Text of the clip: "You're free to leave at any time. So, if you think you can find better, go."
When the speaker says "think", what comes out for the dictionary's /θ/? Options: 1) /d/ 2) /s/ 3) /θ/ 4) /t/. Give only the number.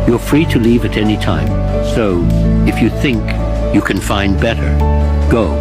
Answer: 3